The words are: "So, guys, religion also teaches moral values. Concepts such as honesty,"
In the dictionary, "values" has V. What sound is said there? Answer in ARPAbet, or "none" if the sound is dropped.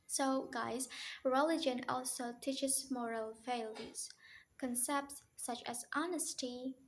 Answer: F